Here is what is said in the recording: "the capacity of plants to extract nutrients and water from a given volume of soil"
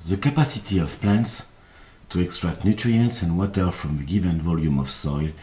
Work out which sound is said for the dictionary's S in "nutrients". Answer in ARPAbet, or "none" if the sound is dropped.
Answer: S